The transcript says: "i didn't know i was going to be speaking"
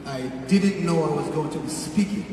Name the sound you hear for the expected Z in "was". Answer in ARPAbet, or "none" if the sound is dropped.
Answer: Z